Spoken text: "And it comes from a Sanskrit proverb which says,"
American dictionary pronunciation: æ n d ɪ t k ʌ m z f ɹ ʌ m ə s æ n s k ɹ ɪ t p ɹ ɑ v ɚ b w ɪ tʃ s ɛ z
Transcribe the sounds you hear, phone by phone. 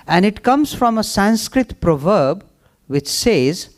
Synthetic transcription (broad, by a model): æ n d ɪ t k ʌ m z f ɹ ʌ m ə s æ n s k ɹ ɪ t p ɹ ɑ v ɚ b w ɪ tʃ s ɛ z